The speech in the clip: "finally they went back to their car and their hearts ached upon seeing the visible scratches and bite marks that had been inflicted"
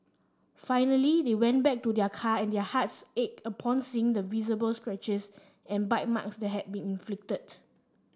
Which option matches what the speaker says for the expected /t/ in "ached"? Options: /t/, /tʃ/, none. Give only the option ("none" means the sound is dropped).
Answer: none